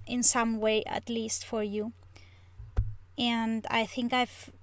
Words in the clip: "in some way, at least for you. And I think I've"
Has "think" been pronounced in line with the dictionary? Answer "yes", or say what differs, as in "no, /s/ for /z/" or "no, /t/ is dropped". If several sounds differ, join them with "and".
yes